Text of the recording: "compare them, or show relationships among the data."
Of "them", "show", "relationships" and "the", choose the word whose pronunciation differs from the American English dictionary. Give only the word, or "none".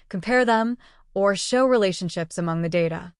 none